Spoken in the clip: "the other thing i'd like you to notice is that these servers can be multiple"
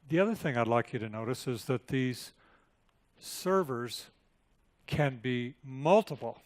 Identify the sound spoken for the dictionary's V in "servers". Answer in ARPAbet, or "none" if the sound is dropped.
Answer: V